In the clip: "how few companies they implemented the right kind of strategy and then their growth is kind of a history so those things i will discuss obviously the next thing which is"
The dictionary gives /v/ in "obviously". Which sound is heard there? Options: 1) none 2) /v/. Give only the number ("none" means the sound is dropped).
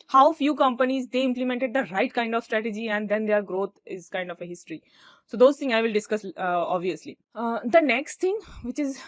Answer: 2